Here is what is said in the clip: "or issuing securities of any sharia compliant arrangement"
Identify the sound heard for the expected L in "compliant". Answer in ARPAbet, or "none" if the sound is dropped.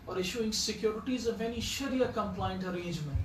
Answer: L